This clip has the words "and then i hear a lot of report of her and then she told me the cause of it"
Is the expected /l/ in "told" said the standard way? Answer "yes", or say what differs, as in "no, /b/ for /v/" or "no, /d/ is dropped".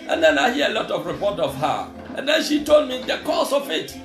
yes